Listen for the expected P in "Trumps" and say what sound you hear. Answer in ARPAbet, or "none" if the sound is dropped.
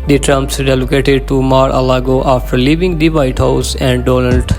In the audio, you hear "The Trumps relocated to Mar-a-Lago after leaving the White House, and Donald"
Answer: P